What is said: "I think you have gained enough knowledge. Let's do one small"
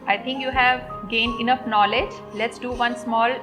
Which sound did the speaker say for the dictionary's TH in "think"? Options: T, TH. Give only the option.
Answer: T